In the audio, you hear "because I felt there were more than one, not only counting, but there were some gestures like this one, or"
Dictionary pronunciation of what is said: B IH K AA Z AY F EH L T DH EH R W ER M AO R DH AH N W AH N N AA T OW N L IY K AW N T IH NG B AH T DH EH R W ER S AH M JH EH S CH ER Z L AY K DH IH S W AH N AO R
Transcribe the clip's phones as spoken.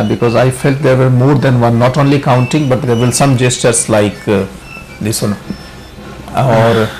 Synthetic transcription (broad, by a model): B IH K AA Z AY F EH L T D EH R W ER M AO R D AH N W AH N N AA T OW N L IY K AW N T IH NG B AH T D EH R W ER S AH M JH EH S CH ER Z L AY K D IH S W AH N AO R